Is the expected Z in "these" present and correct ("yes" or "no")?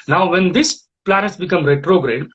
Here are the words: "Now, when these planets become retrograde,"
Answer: no